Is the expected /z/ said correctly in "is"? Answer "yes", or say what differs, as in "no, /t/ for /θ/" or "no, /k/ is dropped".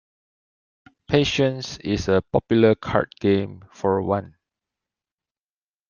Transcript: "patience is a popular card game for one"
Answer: no, /s/ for /z/